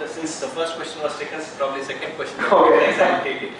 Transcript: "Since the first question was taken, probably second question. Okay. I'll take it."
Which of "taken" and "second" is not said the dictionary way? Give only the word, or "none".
taken